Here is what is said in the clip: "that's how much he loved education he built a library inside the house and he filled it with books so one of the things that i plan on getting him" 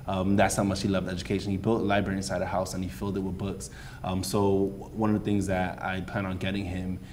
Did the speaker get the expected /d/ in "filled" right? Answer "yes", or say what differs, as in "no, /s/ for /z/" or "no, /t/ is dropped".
yes